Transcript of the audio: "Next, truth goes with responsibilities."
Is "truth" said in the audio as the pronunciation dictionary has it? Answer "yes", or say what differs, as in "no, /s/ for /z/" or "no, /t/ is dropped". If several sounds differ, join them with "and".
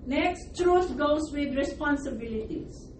no, /s/ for /θ/